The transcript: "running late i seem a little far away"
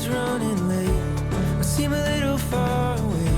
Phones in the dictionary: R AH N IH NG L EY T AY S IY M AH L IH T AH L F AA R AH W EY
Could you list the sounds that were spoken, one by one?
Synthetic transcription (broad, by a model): R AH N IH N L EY AY S IY M AH L IH T L F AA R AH W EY